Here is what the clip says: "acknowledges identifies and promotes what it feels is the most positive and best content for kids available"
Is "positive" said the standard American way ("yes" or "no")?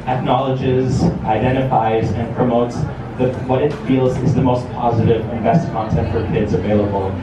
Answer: yes